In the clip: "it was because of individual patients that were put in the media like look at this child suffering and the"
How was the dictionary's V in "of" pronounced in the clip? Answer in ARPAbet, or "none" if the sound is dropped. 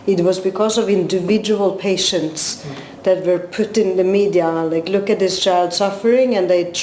V